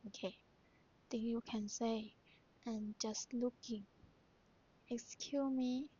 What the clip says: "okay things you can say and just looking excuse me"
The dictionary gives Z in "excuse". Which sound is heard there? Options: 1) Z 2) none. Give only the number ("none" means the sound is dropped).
2